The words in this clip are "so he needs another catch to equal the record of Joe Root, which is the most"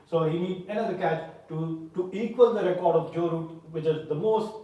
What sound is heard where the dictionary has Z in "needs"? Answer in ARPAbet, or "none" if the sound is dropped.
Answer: none